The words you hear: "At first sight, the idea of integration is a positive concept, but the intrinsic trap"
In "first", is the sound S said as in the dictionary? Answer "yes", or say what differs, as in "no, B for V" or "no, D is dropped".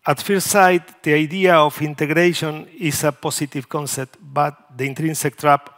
no, S is dropped